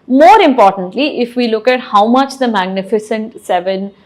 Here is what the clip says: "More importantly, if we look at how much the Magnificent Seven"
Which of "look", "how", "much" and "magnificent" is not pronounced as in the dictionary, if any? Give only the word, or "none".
none